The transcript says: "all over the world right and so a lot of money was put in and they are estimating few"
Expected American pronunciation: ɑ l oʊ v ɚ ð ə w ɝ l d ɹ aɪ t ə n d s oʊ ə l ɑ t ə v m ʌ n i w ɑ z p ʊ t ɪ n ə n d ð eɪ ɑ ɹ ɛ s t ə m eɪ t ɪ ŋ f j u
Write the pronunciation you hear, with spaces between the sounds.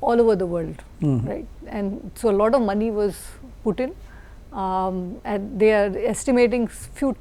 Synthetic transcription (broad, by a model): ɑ l oʊ v ɚ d ə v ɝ l d ɹ aɪ t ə n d s oʊ ə l ɑ t ə v m ʌ n i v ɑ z p ʊ t ɪ n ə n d eɪ ɑ ɹ ɛ s t ə m eɪ t ɪ ŋ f j u